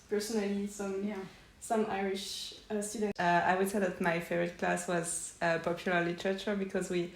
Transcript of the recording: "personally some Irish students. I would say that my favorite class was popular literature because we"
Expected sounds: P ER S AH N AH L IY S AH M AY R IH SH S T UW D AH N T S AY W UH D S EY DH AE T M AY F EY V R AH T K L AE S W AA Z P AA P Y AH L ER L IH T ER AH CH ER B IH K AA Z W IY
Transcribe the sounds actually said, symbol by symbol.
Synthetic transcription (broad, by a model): P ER S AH N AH L IY S AH M AY R IH SH S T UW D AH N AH AY W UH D S EY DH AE T M AY F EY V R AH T K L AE S W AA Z P AA P Y AH L ER L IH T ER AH CH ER B IH K AA Z W IY